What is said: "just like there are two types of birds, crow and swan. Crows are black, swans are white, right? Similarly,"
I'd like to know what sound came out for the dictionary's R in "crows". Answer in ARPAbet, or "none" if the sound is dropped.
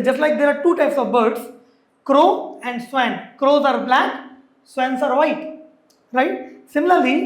R